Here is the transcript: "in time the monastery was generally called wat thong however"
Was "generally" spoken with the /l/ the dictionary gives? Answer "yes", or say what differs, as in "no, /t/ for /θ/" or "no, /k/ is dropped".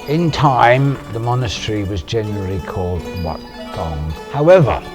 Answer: yes